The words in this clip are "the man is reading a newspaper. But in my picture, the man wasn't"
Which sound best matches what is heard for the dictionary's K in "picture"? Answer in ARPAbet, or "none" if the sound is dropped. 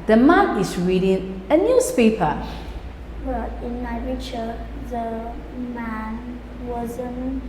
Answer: none